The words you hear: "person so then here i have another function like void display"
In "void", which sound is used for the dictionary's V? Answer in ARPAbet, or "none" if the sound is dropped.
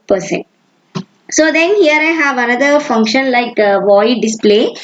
V